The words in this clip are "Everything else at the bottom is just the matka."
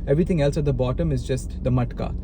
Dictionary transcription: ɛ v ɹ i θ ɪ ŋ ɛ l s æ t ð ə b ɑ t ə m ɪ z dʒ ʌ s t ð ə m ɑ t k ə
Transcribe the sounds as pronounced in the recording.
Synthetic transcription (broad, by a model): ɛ v ɹ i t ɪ ŋ ɛ l s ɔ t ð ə b ɑ t ə m ɪ z dʒ ʌ s t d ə m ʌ t k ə